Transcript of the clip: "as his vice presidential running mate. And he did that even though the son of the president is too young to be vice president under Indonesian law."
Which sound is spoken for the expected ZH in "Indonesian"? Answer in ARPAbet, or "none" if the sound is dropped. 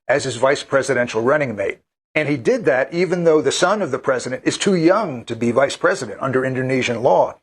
ZH